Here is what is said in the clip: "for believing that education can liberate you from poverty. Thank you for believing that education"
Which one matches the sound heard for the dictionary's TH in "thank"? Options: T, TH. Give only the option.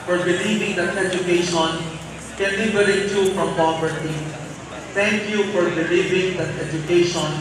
T